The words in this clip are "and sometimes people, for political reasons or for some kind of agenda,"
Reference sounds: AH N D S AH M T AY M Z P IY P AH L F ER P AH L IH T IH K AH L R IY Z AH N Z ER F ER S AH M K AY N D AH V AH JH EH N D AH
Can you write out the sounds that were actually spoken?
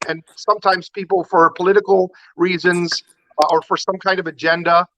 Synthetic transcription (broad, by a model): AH N S AH M T AY M Z P IY P L F ER P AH L IH T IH K L R IY Z AH N Z ER F ER S AH M K AY N D AH V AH JH EH N D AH